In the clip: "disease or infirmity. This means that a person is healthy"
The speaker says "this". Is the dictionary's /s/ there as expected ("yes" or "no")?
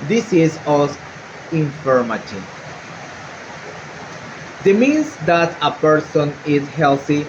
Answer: no